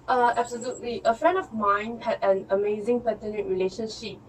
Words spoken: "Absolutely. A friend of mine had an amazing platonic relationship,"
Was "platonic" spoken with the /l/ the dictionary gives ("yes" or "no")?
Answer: no